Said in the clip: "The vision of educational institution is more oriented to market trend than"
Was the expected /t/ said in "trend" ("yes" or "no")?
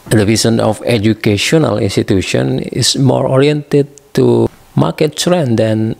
no